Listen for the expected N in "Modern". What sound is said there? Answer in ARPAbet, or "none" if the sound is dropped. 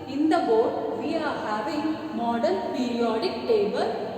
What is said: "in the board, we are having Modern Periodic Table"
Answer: L